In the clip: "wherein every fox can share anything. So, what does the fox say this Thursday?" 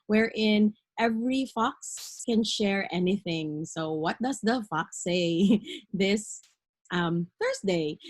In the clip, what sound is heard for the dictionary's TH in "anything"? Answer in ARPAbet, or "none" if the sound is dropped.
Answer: TH